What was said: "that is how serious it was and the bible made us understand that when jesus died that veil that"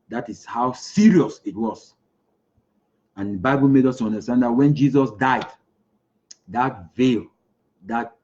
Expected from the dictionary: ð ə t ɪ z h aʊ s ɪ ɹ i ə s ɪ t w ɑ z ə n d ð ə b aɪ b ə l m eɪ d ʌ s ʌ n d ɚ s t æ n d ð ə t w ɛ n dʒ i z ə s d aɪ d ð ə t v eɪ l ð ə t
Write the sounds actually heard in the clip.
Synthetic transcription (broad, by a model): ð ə t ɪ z h aʊ s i ɹ i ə s ɪ t w ɑ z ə n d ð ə b aɪ b ə l m eɪ d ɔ s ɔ n d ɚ s t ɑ n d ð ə t w ɛ n dʒ i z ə s d aɪ d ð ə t v eɪ l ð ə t